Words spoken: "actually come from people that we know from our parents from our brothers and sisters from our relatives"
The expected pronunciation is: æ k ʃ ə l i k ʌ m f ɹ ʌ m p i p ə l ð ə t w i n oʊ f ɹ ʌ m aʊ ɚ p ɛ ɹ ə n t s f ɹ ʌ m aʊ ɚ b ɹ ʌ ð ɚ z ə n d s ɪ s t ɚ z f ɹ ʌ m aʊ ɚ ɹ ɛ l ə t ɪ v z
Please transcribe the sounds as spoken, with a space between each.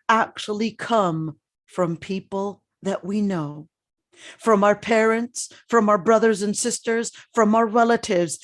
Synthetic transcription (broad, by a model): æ k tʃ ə l i k ʌ m f ɹ ʌ m p i p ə l ð ə t w i n oʊ f ɹ ʌ m aʊ ɚ p ɛ ɹ ə n t s f ɹ ʌ m aʊ ɚ b ɹ ʌ ð ɚ z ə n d s ɪ s t ɚ z f ɹ ʌ m aʊ ɚ ɹ ɛ l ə t ɪ v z